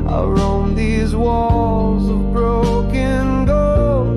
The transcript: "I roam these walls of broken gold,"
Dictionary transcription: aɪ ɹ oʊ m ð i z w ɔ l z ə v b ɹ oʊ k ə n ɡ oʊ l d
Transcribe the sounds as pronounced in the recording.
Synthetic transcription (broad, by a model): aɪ ɹ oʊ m ð i z w ɔ l z ə v b ɹ oʊ k ə n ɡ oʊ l